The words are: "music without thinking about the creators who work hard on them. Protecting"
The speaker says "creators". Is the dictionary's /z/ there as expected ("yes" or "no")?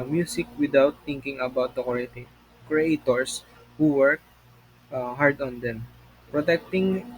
no